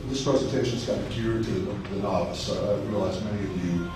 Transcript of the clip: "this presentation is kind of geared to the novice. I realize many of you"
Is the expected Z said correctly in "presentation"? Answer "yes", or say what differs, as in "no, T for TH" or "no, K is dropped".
yes